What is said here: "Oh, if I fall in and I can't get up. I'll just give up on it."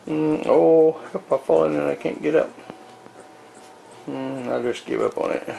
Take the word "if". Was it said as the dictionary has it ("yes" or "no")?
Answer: no